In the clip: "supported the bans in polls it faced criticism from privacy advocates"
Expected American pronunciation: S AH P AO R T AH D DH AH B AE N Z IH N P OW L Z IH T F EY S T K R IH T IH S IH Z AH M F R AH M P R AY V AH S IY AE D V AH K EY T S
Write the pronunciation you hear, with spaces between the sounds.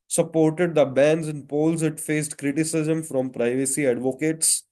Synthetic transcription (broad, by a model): S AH P AO R T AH D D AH B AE N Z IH N P OW L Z IH T F EY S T K R IH T IH S IH Z AH M F R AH M P R AY V AH S IY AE D V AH K EY T S